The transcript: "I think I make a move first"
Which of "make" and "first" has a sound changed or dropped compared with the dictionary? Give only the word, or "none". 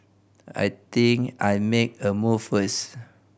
first